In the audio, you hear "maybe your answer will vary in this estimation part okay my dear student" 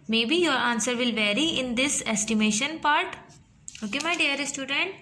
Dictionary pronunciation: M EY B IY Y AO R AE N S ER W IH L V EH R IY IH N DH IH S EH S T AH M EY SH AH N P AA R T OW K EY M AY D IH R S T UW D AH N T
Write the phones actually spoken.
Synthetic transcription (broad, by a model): M EY B IY Y AO R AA N S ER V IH L V EH R IY IH N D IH S EH S T AH M EY SH AH N P AA R T OW K EY M AY D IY R S T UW D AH N T